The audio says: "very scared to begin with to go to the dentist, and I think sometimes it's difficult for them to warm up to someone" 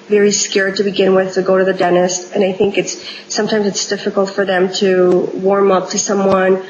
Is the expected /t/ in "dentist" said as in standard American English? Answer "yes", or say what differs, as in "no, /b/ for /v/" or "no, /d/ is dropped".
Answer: yes